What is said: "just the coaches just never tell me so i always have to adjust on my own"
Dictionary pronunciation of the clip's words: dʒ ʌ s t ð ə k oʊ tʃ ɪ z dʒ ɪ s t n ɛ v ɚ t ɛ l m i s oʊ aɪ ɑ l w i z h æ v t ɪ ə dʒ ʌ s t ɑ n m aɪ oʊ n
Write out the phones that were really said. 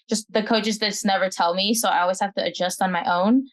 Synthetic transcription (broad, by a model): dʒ ʌ s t ð ə k oʊ tʃ ɪ z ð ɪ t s n ɛ v ɚ t ɛ l m i s oʊ aɪ ɑ l w i z h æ f t ɪ ə dʒ ʌ s t n m aɪ oʊ n